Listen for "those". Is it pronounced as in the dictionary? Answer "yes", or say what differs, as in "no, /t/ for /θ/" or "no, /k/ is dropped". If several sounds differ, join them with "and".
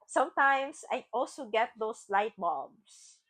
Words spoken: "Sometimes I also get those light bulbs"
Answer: no, /s/ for /z/